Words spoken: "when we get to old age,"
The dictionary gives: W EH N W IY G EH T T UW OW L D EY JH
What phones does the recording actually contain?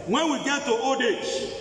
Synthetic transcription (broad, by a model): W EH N W IY G EH T T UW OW D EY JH